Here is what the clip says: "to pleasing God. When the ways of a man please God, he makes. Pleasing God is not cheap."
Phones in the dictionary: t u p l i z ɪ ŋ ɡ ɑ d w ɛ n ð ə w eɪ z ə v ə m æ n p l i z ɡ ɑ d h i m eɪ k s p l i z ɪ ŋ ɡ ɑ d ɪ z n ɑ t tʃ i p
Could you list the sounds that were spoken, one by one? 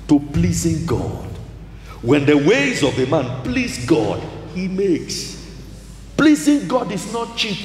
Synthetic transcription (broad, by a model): t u p l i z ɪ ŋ ɡ ɑ d w ɛ n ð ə w eɪ z ə v ə m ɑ n p l i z ɡ ɑ d h i m eɪ k s p l i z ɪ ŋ ɡ ɑ d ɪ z n ɑ t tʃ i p